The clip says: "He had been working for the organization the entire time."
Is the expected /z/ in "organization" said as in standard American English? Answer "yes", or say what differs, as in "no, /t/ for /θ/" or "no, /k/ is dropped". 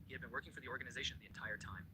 yes